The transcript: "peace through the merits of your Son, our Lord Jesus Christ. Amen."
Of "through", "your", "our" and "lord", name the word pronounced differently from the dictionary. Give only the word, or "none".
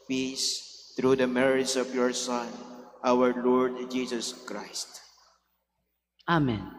through